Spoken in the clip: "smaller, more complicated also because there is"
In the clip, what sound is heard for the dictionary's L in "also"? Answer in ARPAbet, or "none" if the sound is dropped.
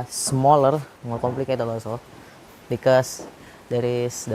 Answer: none